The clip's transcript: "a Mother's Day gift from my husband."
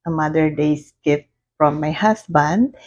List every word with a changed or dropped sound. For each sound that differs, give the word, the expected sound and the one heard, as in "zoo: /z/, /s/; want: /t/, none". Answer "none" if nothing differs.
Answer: mother's: /z/, none